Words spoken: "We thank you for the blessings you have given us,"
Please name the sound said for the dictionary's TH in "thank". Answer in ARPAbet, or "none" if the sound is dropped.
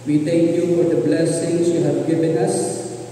T